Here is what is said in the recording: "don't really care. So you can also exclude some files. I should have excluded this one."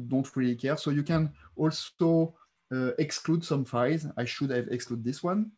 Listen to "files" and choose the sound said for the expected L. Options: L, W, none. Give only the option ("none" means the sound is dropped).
none